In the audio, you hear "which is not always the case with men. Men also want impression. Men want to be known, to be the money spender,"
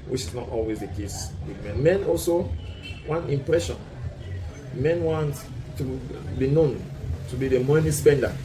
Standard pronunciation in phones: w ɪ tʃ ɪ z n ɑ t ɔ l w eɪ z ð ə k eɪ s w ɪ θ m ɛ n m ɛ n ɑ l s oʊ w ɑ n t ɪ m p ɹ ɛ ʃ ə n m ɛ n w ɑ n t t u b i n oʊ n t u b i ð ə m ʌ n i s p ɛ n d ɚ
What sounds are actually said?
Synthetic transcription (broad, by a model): w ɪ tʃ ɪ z n ɑ t ɔ l w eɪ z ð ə k eɪ s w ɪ m ɛ n m ɛ n ɑ l s oʊ w ɑ n t ɪ m p ɹ ɛ ʃ ə n m ɛ n w ɑ n t t u b i n oʊ n t u b i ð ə m ʌ n i s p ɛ n d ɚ